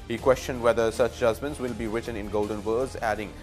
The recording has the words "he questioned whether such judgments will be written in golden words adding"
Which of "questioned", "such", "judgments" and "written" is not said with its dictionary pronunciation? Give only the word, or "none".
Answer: none